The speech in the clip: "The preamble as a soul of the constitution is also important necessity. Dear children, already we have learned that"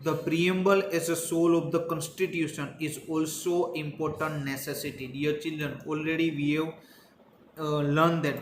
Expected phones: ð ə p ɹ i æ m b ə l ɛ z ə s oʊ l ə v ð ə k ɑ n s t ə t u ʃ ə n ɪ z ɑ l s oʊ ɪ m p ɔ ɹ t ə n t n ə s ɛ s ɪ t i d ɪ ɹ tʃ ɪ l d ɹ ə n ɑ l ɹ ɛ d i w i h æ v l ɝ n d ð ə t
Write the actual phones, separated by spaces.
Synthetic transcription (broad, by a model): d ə p ɹ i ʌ m b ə l ɛ z ə s oʊ l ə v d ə k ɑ n s t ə t u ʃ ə n ɪ z ɑ l s oʊ ɪ m p ɔ ɹ t ə n t n ə s ɛ s ɪ t i d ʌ ɹ tʃ ɪ l d ɹ ə n ɑ l ɹ ɛ d i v i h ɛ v l ɝ n d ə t